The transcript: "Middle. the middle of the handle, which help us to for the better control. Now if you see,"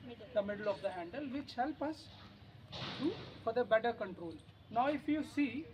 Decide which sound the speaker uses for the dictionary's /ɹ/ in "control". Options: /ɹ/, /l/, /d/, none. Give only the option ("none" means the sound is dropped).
/ɹ/